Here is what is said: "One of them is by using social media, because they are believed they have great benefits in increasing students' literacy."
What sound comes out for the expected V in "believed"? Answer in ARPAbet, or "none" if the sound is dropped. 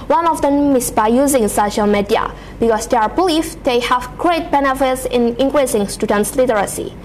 F